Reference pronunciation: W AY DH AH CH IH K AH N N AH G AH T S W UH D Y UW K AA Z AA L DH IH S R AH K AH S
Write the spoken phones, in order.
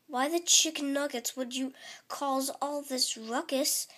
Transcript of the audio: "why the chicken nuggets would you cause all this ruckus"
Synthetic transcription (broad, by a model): W AY DH AH CH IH K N N AH G AH T S W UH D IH K AA Z AA L DH IH S R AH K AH S